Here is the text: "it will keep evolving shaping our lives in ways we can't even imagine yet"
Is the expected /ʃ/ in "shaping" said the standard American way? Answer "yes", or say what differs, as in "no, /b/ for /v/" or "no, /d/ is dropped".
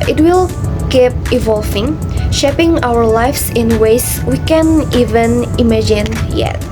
yes